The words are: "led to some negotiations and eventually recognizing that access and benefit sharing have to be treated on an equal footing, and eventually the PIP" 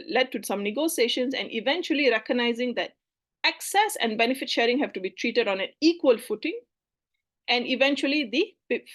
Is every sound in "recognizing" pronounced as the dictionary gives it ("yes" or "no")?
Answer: yes